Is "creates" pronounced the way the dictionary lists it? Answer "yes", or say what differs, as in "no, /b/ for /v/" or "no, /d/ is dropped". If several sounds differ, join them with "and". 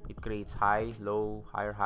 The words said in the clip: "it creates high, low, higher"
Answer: yes